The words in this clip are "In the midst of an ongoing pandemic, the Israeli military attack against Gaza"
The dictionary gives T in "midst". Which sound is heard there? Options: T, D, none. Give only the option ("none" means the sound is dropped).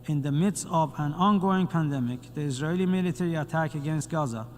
T